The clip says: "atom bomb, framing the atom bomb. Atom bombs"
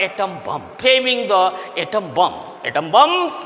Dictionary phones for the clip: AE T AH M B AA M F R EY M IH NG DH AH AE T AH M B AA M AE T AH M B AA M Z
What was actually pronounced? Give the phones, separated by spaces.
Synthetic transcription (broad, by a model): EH T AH M B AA M P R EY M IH NG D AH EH T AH M B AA M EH T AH M B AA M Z